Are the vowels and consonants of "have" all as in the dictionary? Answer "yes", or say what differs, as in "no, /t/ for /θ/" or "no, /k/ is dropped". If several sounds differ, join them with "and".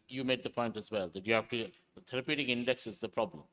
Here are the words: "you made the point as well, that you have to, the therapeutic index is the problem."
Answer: no, /f/ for /v/